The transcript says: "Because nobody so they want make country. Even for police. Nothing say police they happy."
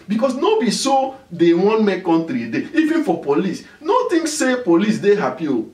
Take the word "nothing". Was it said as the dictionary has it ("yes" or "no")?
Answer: no